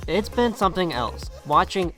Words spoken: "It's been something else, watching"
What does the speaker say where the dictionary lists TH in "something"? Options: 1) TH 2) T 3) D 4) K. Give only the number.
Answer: 1